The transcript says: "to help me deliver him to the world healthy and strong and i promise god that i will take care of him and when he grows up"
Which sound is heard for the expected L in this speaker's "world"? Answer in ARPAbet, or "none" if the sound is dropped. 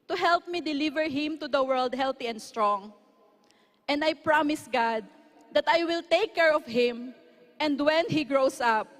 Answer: L